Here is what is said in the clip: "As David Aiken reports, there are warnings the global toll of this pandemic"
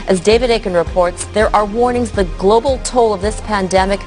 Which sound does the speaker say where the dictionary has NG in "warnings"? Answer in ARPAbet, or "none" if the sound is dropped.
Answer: NG